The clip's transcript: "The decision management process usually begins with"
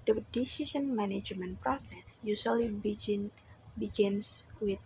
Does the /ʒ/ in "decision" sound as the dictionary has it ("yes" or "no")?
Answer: no